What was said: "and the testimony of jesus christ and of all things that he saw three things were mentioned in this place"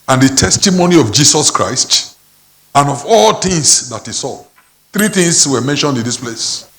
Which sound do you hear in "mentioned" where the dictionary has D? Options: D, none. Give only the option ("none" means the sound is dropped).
D